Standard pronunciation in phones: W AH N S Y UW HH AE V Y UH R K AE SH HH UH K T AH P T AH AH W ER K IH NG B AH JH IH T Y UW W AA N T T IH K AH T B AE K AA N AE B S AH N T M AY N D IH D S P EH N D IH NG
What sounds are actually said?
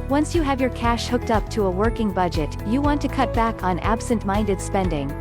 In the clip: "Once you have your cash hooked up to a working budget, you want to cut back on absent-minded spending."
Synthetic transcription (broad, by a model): W AH N S Y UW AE V Y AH R K AE SH HH UH K T AH P T AH AH W ER K IH NG B AH JH IH T Y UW W AA N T T IH K AH T B AE K N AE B S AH N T M AY N D IH D S P EH N D IH NG